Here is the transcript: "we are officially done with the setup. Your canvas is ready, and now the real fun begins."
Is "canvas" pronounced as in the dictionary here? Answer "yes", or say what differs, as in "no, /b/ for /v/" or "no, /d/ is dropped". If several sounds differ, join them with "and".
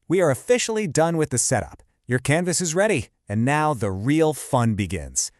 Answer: yes